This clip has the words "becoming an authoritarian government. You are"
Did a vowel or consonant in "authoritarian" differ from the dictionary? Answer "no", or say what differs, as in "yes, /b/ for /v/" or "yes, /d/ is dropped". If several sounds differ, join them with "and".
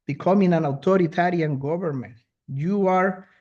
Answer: yes, /t/ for /θ/